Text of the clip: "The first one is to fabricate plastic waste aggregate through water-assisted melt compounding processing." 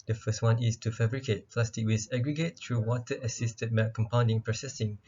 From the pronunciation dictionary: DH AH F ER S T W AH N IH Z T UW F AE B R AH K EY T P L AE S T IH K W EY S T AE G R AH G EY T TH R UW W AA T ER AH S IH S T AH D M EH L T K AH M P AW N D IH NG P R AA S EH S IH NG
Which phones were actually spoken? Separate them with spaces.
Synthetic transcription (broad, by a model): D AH F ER S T W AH N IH S T UW F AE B R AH K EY T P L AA S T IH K W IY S AE G R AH G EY T T R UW W AA T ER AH S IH S T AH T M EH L K AH M P AW N D IH NG P R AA S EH S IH NG